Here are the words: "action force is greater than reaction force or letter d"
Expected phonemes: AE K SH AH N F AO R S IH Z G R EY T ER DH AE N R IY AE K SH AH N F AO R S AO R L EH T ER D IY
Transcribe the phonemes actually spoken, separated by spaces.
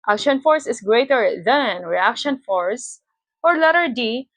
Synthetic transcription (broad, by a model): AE K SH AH N F AO R S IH S G R EY T ER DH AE N R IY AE K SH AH N F AO R S AO R L EH T ER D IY